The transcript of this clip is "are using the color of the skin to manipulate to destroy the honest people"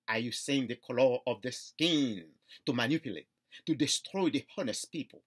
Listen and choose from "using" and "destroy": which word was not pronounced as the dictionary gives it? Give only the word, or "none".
using